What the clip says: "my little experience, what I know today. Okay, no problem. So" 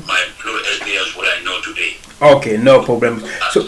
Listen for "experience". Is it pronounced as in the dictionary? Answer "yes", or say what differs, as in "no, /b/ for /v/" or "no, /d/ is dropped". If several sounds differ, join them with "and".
no, /k/ is dropped and /n/ is dropped